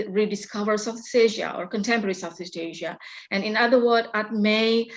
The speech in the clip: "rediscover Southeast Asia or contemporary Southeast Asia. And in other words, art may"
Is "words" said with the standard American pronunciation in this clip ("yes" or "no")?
no